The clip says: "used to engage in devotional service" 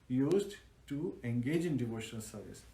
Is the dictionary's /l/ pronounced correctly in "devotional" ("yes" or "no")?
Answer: yes